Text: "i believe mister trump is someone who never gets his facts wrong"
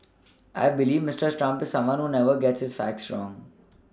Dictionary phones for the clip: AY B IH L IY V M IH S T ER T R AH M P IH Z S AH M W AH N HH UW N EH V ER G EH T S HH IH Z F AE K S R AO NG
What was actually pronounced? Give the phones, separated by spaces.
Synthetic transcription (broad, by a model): AY B IH L IY V M IH S T ER T R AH M P IH Z S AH M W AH N HH UW N EH V ER G EH T S HH IH Z F AE K S R AO NG